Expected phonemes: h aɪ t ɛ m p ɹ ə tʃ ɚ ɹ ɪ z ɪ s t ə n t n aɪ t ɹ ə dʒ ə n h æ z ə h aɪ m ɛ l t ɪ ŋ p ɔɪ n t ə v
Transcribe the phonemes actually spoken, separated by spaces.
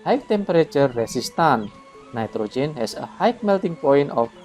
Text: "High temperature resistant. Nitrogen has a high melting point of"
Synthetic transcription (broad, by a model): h aɪ t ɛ m p ɹ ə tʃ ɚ ɹ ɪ s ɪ s t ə n n aɪ t ɹ ə dʒ ə n h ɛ s ə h aɪ m ɛ l t ɪ ŋ p ɔɪ n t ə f